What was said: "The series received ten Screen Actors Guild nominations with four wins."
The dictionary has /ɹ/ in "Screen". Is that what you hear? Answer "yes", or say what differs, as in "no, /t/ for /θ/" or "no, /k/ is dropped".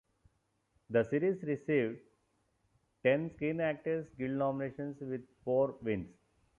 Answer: no, /ɹ/ is dropped